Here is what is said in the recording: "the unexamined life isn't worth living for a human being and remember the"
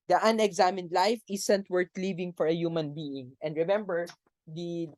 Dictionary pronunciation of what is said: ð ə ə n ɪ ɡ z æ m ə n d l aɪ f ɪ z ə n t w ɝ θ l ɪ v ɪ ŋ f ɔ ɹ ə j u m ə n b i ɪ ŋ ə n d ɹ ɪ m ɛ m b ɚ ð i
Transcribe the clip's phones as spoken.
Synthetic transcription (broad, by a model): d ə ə n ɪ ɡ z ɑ m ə n d l aɪ f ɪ s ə n t w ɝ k l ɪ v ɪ ŋ f ɔ ɹ ə j u m ə n b i ɪ ŋ ə n d ɹ ɪ m ɛ m b ɚ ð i